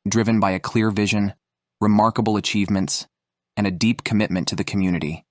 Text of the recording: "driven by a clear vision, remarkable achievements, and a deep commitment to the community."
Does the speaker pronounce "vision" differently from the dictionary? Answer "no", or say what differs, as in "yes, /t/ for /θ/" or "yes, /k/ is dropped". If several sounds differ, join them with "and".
no